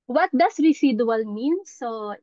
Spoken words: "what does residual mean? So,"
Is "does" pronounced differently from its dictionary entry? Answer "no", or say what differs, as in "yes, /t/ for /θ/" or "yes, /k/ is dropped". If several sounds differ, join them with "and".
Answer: yes, /s/ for /z/